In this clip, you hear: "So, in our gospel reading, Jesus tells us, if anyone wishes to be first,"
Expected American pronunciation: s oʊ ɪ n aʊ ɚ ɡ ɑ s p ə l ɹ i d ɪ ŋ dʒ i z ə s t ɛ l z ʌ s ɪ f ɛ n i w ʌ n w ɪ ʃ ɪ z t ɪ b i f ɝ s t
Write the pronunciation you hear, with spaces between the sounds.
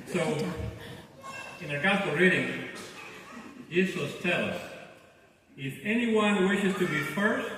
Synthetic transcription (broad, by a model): s oʊ ɪ n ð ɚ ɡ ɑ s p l ɹ i d ɪ ŋ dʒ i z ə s t ɛ l ʌ s ɪ f ɛ n i w ʌ n w ɪ ʃ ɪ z t ɪ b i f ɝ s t